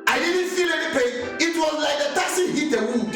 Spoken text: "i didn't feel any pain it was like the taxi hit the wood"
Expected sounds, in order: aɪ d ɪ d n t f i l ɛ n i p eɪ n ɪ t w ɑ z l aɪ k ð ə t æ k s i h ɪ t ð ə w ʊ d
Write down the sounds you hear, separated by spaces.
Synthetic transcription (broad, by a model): aɪ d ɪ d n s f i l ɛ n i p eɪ ɪ t w ɑ z l aɪ k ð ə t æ s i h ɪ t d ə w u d